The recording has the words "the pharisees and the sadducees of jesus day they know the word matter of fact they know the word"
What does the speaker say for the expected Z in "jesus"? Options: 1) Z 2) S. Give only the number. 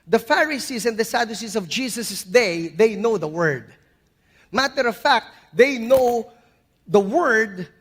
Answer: 2